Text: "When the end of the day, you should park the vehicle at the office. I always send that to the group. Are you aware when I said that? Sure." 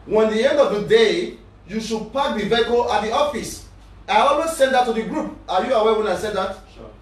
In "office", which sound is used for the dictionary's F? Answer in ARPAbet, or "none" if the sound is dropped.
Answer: F